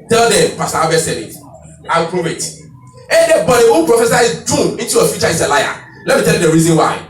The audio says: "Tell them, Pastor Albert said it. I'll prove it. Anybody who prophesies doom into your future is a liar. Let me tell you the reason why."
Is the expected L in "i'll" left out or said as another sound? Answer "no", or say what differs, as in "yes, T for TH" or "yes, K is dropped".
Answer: yes, W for L